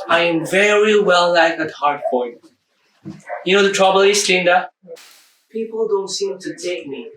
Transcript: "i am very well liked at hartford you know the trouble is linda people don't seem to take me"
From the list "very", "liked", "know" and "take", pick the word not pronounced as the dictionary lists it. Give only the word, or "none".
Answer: liked